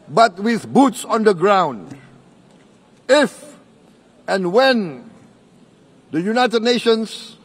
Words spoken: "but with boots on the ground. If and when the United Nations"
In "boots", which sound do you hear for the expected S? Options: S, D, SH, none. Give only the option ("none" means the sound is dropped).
S